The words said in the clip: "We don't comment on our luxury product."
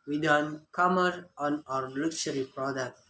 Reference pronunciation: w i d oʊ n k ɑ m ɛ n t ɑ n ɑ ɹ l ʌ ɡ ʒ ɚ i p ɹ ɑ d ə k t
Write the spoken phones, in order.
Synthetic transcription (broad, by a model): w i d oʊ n k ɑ m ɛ t ɑ n ɑ ɹ l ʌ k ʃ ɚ i p ɹ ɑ d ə k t